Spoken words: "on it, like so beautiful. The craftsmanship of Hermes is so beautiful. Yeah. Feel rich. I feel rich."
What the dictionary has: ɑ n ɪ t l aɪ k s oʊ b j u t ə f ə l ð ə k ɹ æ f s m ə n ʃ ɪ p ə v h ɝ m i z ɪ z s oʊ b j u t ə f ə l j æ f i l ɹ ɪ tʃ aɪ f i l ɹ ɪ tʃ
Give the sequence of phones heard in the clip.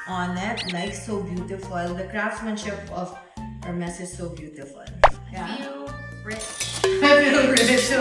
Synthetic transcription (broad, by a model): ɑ n ɪ t n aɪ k s oʊ b j u t ə f ə l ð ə k ɹ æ f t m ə n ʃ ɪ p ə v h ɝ m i s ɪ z s oʊ b j u t ə f ə l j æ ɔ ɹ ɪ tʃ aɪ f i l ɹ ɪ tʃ